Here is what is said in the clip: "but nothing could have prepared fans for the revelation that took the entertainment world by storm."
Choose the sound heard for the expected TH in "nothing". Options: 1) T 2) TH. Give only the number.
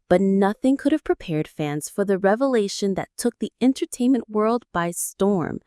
2